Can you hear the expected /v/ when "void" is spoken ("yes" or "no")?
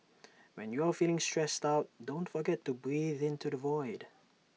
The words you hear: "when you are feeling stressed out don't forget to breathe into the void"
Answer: yes